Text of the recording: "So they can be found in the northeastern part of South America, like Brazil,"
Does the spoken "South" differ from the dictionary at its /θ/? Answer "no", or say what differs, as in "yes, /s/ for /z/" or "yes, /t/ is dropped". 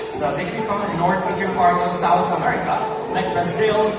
no